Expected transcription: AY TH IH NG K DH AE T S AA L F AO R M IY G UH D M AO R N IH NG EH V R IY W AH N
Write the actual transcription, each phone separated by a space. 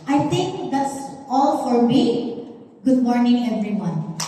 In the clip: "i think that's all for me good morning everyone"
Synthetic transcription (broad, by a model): AY T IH NG K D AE T S AA L F AO R M IY G UH D M AO R N IH NG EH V R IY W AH N